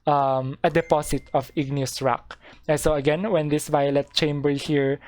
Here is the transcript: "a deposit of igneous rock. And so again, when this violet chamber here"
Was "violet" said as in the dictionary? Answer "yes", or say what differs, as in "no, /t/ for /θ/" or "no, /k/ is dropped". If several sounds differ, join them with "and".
yes